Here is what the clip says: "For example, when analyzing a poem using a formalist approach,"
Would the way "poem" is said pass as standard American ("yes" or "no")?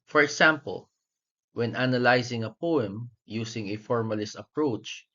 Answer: yes